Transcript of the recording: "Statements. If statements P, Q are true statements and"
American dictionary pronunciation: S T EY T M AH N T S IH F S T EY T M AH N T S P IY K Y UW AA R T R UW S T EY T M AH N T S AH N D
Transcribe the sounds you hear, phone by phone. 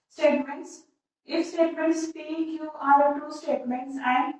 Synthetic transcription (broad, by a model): S T EY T M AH N T S IH F S T EY T M AH N T S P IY K Y UW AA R T UW S T EY T M AH N T S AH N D